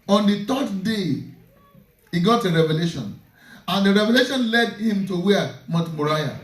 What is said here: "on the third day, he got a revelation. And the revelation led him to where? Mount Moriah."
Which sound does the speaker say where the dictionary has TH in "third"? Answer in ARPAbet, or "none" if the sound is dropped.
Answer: T